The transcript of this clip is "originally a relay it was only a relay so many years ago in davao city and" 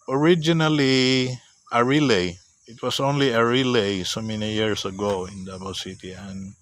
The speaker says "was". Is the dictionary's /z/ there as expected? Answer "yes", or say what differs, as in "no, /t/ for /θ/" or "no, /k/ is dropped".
no, /s/ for /z/